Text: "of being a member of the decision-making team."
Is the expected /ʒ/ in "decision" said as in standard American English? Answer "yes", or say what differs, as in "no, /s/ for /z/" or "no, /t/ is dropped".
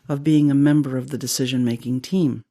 yes